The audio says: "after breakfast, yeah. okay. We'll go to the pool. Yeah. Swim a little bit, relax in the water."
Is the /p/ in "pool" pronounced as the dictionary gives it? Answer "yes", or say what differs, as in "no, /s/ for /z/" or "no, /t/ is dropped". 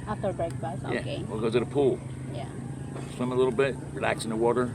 yes